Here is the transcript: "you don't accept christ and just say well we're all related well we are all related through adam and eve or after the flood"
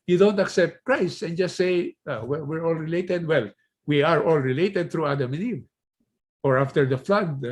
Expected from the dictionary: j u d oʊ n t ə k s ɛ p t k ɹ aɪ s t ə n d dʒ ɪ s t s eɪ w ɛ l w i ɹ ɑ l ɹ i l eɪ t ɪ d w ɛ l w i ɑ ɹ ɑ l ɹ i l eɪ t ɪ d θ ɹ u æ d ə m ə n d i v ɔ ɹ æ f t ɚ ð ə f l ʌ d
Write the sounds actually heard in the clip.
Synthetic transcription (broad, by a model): j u d oʊ n t ə k s ɛ p t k ɹ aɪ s ə n dʒ ɪ s t s eɪ w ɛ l w i ɹ ɑ l ɹ i l eɪ t ɪ d w ɛ l w i ɑ ɹ ɑ l ɹ i l eɪ t ɪ d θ ɹ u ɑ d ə m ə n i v ɔ ɹ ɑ f t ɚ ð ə f l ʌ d